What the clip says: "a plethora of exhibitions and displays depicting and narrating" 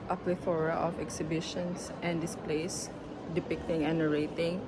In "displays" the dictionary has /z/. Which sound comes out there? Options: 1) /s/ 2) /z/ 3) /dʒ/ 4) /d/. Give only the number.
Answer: 1